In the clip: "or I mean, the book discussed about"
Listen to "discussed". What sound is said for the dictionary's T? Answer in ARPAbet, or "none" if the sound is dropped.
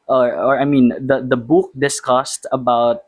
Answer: T